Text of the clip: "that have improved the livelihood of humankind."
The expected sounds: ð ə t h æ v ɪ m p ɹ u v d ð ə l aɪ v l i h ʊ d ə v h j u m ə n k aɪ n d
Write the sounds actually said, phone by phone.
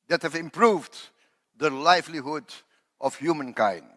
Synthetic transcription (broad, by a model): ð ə t h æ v ɪ m p ɹ u v d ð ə l aɪ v l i h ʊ d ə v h j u m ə n k aɪ n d